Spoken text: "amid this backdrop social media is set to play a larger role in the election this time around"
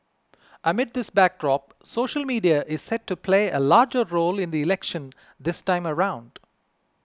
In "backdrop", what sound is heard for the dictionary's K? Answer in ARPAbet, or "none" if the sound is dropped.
K